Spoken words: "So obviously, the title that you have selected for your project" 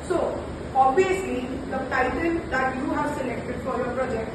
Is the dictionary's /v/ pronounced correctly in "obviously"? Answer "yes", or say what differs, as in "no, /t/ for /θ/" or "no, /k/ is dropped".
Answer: no, /v/ is dropped